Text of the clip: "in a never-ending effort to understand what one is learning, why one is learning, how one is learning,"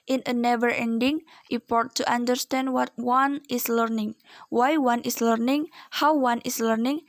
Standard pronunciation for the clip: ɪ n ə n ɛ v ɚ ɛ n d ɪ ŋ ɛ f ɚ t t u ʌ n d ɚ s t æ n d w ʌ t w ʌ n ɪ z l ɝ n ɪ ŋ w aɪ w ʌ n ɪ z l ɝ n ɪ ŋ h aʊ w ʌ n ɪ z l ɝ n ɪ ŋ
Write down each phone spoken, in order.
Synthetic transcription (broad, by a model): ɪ n ə n ɛ v ɚ ɛ n d ɪ ŋ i p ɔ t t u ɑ n d ɚ s t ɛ n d w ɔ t w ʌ n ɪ s l ɝ n ɪ ŋ w aɪ w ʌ n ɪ s l ɝ n ɪ ŋ h aʊ w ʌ n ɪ s l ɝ n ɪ ŋ